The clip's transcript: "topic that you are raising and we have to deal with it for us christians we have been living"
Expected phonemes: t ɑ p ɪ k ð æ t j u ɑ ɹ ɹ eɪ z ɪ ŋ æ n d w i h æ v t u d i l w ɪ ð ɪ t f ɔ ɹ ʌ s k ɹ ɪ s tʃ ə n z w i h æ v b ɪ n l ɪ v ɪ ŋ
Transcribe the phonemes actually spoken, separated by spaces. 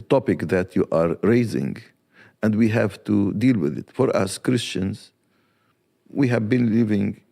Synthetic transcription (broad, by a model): t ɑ p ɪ k ð æ t j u ɑ ɹ ɹ eɪ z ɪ ŋ æ n d w i h æ v t u d i l w ɪ ð ɪ t f ɔ ɹ ʌ s k ɹ ɪ s tʃ ə n z w i h æ v b ɪ n l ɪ v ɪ ŋ